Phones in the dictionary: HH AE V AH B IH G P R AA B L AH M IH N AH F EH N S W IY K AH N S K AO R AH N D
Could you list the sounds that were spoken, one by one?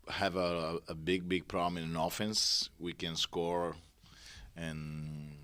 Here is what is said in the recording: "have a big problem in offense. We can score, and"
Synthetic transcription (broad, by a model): HH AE V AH B IH G P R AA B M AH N IH N AH F EH N S W IY K AH N S K AO R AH N